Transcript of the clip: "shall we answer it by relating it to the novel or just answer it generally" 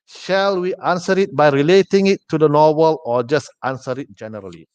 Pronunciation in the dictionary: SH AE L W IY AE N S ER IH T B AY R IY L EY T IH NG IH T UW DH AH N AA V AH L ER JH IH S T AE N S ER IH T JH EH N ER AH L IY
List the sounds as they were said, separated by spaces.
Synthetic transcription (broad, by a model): SH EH L W IY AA N S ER IH T B AY R IY L EY T IH NG IH T UW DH AH N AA W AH L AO JH IH S T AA N S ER IH T JH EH N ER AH L IY